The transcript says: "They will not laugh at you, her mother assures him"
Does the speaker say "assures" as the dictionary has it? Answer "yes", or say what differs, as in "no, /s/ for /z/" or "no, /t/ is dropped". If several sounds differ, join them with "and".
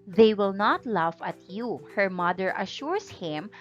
no, /s/ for /z/